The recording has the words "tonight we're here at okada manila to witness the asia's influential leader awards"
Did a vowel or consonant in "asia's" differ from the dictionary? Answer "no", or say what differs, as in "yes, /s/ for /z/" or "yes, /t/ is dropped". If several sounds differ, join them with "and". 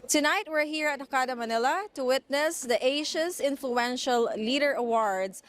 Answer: yes, /ʃ/ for /ʒ/ and /s/ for /z/